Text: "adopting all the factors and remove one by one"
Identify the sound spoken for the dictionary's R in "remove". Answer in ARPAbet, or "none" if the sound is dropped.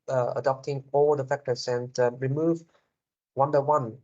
R